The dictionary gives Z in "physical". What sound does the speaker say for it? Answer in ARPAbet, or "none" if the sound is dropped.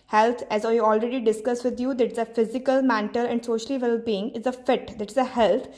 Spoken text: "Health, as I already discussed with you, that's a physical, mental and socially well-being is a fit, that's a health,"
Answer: Z